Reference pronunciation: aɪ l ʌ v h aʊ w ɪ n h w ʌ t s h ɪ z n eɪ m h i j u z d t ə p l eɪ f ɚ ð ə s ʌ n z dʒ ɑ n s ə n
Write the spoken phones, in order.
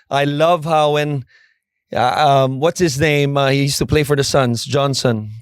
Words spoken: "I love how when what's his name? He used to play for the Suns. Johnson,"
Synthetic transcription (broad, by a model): aɪ l ʌ v h aʊ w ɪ n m w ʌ t s h ɪ z n eɪ m h i j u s t ə p l eɪ f ɚ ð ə s ʌ n z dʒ ɑ n s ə n